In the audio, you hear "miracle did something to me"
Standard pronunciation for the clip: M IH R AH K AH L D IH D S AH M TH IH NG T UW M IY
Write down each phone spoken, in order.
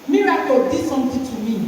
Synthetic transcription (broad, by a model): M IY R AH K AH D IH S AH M T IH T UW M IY